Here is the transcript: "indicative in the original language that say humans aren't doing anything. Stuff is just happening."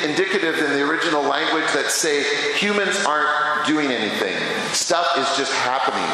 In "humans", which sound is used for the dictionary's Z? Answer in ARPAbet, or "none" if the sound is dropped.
Z